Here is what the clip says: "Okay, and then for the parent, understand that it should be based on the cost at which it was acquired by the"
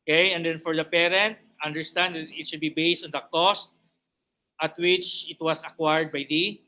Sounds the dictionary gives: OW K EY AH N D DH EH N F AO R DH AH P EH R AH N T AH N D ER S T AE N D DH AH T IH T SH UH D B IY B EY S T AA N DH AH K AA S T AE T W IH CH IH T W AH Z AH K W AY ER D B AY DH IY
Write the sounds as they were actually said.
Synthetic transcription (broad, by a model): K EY AH N D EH N F AO R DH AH P EH R AH N T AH N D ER S T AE N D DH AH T IH T SH UH D B IY B EY S T AA N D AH K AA S T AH T W IH CH IH T W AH S AH K W AY ER D B AY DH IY